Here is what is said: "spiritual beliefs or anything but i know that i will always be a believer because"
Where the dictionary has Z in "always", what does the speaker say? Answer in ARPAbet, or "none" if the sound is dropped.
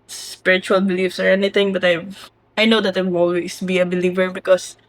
S